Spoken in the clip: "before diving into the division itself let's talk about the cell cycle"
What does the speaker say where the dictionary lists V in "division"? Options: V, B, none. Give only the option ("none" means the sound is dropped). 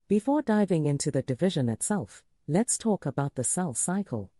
V